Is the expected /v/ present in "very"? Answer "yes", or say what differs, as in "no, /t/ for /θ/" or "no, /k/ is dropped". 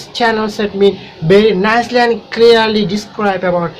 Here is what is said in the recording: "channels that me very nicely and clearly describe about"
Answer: no, /b/ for /v/